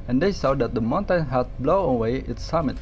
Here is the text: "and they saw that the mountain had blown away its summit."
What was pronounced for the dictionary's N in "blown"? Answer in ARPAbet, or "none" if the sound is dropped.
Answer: none